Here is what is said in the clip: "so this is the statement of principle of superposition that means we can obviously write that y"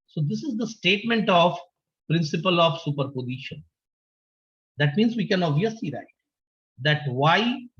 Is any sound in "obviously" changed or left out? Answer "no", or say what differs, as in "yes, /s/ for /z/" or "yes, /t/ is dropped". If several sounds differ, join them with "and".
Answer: yes, /b/ is dropped